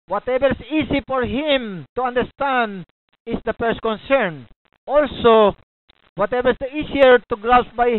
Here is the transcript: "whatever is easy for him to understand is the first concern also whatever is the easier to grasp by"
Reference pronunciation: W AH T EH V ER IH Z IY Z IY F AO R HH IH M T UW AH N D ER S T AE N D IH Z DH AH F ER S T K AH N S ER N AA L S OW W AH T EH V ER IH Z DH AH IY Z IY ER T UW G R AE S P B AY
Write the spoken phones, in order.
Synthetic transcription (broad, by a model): W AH T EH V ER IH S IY S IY F AO R HH IH M T UW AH N D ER S T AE N D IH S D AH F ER S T K AH N S ER N AA L S OW W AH T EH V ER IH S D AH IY S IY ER T UW G R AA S B AY